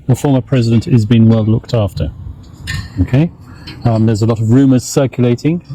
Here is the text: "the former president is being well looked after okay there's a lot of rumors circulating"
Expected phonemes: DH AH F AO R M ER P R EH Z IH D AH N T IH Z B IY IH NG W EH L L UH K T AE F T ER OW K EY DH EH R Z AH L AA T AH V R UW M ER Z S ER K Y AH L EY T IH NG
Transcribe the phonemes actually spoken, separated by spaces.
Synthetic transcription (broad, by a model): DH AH F AO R M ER P R EH Z IH D AH N T IH Z B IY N W EH L L UH K T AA F T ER OW K EY DH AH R Z AH L AA T AH V R UW M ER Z S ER K Y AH L EY T IH NG